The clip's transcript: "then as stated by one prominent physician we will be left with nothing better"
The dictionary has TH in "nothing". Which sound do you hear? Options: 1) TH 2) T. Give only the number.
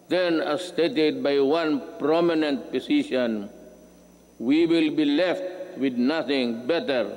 2